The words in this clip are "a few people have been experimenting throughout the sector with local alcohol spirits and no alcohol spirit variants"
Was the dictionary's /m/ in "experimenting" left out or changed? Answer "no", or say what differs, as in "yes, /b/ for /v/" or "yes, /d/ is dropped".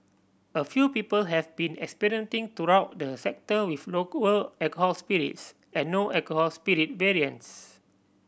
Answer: yes, /m/ is dropped